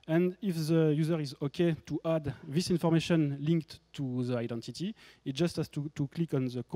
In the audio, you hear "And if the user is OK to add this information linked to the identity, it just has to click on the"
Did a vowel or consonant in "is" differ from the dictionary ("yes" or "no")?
no